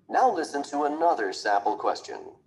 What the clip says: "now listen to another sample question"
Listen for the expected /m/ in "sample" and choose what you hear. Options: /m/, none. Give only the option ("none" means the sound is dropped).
none